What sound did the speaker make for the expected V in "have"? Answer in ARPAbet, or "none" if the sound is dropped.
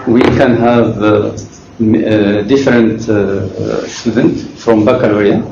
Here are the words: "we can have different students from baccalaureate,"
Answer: V